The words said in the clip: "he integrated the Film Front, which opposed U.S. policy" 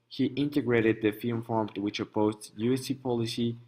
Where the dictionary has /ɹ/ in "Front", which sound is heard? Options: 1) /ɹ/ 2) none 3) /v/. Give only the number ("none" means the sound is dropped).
2